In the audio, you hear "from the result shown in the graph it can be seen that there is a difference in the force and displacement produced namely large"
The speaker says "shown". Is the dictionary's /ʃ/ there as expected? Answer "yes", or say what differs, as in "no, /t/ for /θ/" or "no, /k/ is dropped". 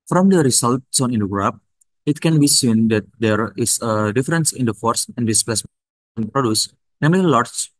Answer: no, /s/ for /ʃ/